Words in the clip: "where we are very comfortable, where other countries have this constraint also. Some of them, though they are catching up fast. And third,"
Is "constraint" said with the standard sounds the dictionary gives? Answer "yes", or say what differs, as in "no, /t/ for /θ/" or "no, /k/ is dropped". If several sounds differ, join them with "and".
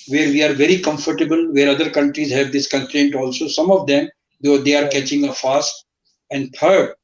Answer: no, /s/ is dropped